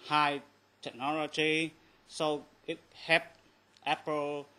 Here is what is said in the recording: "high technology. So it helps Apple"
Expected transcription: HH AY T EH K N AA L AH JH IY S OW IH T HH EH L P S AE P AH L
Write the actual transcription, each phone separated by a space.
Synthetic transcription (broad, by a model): HH AY T EH K N AA L AH JH IY S OW IH T HH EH P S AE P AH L